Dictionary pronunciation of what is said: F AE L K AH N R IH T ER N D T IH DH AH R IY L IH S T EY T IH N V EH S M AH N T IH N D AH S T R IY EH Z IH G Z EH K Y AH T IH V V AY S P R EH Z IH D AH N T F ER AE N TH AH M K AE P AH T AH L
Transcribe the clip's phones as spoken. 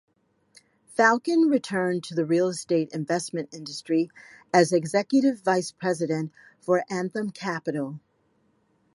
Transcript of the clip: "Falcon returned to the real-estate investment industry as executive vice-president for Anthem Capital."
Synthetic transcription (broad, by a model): F AE L K AH N R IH T ER N T IH DH AH R IY L S T EY T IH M V EH S M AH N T IH N D AH S T R IY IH Z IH G Z EH K Y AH T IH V V AY S P R EH Z IH D AH N T F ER AE N TH AH M K AE P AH T L